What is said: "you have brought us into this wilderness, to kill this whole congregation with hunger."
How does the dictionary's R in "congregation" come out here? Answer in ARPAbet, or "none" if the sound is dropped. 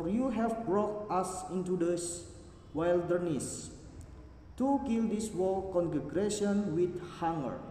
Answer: none